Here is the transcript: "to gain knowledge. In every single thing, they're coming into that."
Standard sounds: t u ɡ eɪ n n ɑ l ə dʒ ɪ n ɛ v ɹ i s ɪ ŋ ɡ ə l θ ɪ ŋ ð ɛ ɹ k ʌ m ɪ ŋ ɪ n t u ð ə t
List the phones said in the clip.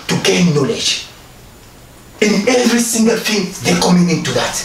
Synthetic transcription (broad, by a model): t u ɡ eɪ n n ɑ l ə dʒ ɪ n ɛ v ɹ i s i ŋ ɡ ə l f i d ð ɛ k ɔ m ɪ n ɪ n t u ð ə t